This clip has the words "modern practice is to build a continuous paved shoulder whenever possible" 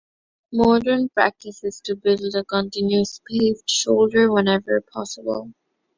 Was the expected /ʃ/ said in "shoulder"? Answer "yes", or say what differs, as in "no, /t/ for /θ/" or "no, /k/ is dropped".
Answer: yes